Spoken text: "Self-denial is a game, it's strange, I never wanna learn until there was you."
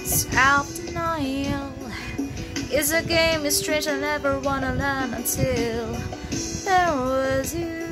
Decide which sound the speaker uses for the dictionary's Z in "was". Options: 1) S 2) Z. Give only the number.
2